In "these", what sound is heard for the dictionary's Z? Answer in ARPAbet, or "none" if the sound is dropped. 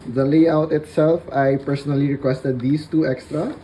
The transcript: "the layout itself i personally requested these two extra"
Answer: S